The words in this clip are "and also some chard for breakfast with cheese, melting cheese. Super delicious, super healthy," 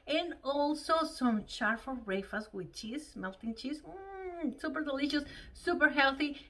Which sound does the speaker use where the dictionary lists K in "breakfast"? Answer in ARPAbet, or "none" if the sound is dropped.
none